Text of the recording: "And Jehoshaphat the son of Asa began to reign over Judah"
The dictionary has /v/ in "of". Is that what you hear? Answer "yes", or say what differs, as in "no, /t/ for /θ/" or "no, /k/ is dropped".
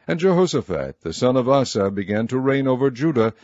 yes